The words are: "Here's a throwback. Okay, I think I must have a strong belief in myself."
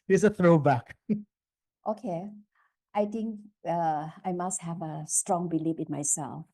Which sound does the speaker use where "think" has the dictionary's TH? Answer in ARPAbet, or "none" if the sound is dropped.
T